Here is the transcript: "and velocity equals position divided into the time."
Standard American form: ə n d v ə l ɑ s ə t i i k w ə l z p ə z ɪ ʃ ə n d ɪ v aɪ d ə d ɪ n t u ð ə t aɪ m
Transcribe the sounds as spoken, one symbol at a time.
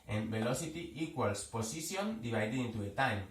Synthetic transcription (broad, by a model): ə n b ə l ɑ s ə t i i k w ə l s p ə s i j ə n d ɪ b aɪ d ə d ɪ n t u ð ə t aɪ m